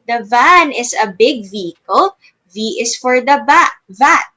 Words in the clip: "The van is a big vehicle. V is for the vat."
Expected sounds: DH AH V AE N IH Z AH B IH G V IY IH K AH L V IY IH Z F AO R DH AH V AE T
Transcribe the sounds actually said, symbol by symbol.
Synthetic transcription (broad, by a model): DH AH V AE N IH S AH B IH G V IY IH K AH L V IY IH S F AO R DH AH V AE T